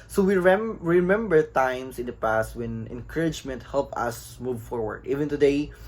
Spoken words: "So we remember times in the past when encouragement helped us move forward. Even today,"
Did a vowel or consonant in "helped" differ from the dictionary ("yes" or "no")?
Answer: yes